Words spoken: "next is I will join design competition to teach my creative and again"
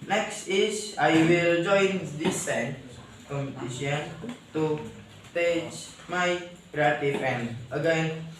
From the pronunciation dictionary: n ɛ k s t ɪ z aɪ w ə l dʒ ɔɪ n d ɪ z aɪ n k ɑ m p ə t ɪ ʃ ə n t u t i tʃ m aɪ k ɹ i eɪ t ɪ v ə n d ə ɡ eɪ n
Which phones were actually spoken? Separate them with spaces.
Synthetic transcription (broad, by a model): n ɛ k s t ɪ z aɪ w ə l dʒ ɔɪ n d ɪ s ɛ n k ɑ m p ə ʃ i ə n t u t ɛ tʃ m aɪ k ɹ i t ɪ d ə n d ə ɡ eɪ n